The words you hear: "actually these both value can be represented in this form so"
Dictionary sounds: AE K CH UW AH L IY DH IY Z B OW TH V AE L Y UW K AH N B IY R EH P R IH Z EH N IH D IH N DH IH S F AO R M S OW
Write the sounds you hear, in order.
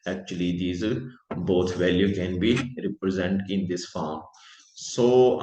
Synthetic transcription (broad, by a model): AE K CH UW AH L IY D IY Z B OW T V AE L Y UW K AH N B IY R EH P R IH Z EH N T IH N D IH S F AO R M S OW